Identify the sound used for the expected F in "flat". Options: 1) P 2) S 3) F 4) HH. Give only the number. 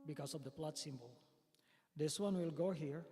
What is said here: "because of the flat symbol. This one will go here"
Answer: 1